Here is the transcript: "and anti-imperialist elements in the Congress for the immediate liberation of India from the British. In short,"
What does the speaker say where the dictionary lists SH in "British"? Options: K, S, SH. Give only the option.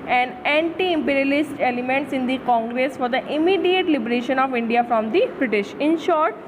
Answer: SH